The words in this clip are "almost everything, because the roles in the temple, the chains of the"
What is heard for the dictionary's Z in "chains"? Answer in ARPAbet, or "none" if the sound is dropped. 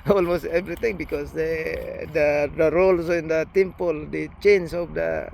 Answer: S